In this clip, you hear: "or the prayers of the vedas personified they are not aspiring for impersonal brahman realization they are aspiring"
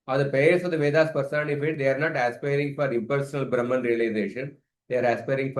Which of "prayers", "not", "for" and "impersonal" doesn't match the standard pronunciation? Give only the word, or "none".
prayers